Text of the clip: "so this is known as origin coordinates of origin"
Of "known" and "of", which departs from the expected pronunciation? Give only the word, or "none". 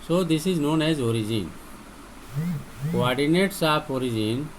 of